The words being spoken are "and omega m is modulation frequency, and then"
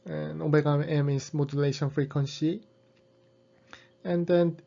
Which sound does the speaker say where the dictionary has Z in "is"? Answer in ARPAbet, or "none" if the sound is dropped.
S